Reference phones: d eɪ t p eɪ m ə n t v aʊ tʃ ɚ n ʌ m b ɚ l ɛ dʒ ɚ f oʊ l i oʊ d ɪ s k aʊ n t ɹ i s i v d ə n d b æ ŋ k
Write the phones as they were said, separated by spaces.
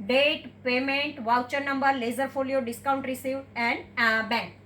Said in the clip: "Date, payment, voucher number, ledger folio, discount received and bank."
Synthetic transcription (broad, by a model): d eɪ t p eɪ m ə n t v aʊ tʃ ɚ n ʌ m b ɚ l ɛ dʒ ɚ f oʊ l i oʊ d ɪ s k aʊ n t ɹ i s i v ə n d b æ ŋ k